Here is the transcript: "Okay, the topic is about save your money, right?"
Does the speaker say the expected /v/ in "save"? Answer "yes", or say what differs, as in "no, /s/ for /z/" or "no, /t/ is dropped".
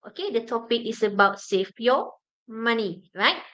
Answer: no, /f/ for /v/